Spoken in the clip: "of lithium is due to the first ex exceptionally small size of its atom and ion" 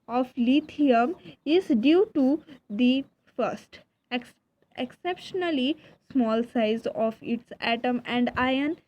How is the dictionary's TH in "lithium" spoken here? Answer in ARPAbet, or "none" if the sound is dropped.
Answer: T